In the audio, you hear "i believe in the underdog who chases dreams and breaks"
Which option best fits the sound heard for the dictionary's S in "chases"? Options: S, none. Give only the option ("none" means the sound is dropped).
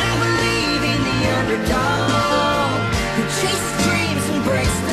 none